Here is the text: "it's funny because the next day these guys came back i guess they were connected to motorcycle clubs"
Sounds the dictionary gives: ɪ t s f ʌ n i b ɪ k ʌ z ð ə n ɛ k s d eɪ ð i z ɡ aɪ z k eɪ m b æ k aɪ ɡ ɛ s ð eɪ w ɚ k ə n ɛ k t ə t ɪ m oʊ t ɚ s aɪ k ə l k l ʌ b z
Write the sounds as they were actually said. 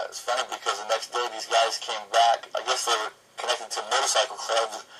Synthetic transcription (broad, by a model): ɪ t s f ʌ n i b ɪ k ʌ z ð ə n ɛ k s d eɪ ð i z ɡ aɪ z k eɪ m b æ k aɪ ɡ ɛ s ð eɪ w ɚ k ə n ɛ k t ə t ɪ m oʊ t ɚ s aɪ k l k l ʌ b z